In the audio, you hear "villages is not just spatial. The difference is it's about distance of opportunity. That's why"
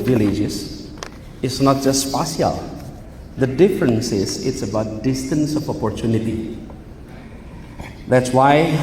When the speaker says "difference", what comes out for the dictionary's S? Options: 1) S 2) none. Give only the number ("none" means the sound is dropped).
1